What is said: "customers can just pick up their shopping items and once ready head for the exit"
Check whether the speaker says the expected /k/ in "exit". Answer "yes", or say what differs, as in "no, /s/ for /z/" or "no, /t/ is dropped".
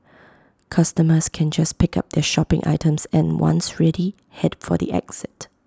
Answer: yes